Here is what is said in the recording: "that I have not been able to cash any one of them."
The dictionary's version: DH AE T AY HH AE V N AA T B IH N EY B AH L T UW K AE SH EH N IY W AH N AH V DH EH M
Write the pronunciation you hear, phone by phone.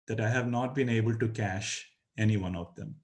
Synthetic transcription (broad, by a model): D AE T AY HH AE V N AA T B IH N EY B AH L T UW K AE SH EH N IY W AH N AH V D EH M